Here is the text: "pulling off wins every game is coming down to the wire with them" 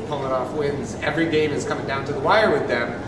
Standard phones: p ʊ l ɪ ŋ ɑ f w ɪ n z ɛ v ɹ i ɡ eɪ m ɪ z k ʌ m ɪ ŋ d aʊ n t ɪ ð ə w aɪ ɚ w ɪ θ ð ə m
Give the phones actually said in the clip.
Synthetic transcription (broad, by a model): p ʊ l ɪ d ɑ f w ɪ n z ɛ v ɹ i ɡ eɪ m ɪ z k ʌ m ɪ ŋ d aʊ n t ɪ ð ə w aɪ ɚ w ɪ ð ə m